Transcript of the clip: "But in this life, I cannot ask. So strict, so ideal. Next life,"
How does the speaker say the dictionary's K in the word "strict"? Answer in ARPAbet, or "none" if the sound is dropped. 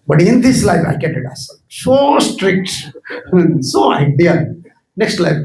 K